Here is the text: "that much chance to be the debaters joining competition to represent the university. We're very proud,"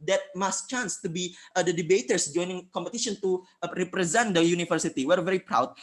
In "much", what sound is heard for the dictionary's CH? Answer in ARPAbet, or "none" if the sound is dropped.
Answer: S